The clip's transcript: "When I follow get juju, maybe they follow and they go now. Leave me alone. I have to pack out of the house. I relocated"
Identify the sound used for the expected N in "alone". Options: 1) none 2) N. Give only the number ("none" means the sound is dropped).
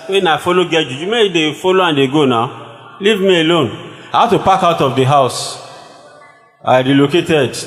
2